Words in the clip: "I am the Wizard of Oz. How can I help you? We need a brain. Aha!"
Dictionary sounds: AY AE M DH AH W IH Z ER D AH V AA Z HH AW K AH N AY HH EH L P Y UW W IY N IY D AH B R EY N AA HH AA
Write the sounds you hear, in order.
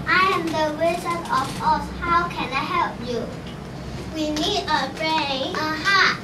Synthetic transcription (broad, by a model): AY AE M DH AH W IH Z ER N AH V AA S HH AW K AH N AY HH EH L P Y UW W IY N IY D AH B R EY AA HH AA